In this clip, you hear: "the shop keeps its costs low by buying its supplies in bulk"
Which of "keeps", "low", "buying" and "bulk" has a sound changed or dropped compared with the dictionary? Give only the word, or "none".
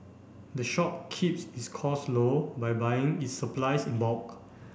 bulk